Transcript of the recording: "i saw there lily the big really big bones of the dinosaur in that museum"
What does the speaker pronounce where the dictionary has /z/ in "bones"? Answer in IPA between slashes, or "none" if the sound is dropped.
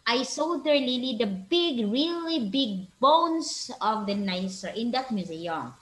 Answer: /s/